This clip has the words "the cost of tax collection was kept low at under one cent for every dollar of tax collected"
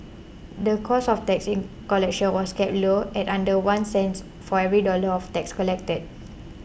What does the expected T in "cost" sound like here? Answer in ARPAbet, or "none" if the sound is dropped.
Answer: none